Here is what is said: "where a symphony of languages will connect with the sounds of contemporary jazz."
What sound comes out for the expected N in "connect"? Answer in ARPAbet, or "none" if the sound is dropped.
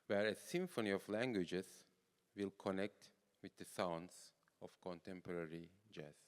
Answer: N